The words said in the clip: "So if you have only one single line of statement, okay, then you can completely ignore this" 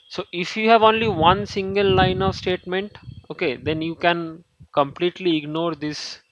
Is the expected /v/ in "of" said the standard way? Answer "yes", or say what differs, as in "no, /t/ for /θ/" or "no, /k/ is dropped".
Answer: yes